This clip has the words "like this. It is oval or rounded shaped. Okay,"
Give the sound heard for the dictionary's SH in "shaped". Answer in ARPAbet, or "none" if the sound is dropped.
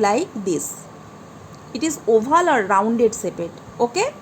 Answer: S